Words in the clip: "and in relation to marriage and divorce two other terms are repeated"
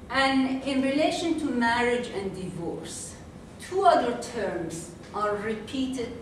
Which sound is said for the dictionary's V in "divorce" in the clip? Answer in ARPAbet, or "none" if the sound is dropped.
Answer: V